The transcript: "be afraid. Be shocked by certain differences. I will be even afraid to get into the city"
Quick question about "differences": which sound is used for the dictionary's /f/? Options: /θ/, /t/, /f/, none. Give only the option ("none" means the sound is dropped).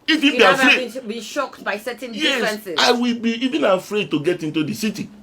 none